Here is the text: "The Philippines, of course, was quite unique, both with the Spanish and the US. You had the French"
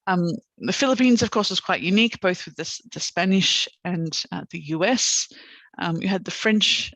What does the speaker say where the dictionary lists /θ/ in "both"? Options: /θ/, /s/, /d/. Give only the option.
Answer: /θ/